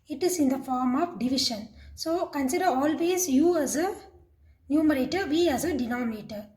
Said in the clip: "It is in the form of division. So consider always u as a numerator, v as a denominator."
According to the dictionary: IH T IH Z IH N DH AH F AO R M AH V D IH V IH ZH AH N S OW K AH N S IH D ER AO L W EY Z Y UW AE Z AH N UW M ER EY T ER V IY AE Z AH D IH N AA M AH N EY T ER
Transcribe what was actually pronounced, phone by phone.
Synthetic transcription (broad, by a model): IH T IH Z IH N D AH F AO R M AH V D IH V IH SH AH N S OW K AH N S IH D ER AO L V EY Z Y UW AE Z AH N UW M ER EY T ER V IY AE Z AH D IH N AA M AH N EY T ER